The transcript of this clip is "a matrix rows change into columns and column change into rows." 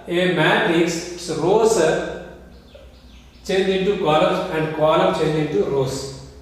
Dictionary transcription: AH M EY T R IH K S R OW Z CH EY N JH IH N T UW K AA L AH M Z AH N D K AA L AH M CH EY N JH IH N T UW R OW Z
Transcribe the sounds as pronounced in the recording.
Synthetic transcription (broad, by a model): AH M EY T IH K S R OW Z CH EY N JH IH N T UW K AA L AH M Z AH N D K AA L AH M CH EY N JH IH N T UW R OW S